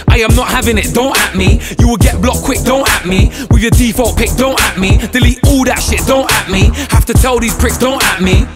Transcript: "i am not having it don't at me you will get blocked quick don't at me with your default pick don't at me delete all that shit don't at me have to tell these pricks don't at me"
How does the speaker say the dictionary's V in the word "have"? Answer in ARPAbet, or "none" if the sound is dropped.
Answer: F